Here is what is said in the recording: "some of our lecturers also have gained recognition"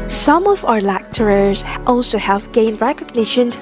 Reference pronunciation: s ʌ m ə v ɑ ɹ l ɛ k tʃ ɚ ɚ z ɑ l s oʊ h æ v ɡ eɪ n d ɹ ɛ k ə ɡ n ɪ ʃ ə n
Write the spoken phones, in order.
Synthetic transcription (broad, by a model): s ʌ m ə v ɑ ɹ l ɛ k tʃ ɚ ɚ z ɑ l s oʊ h æ v ɡ eɪ n d ɹ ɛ k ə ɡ n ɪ ʃ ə n